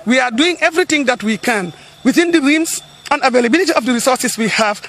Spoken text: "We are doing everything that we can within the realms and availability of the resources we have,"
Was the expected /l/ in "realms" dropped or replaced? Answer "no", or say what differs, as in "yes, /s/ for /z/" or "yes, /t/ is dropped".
yes, /l/ is dropped